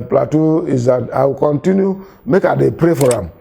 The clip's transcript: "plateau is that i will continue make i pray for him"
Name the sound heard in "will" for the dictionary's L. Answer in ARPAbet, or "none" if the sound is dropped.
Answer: W